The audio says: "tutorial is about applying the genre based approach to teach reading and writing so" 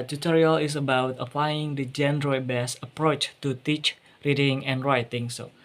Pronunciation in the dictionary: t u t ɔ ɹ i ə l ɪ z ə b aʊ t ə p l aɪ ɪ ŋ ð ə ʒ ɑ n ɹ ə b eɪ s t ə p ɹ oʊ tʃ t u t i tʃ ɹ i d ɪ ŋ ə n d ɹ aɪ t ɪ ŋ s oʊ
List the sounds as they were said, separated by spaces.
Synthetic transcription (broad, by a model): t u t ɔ ɹ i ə l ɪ s ə b aʊ t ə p l aɪ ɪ ŋ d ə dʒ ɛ n ɹ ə b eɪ s ə p ɹ oʊ tʃ t u t i tʃ ɹ i d ɪ ŋ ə n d ɹ aɪ t ɪ ŋ s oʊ